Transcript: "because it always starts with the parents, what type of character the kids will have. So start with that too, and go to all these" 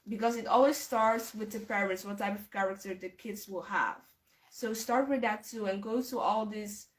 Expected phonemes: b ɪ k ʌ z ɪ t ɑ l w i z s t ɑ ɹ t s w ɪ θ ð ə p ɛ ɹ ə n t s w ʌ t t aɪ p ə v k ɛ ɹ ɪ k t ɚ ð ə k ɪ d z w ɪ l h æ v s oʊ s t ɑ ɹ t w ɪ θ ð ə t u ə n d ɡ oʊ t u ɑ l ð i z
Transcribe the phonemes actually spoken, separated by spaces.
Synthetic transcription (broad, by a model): b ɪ k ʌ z ɪ t ɑ l w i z s t ɑ ɹ t s w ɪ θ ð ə p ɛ ɹ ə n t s w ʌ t t aɪ p ə v k ɛ ɹ ɪ k t ɚ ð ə k ɪ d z w ɪ l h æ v s oʊ s t ɑ ɹ t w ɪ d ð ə t u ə n ɡ oʊ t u ɑ l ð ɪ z